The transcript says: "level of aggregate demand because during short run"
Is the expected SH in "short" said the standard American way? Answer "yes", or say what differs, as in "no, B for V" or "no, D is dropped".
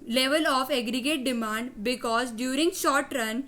yes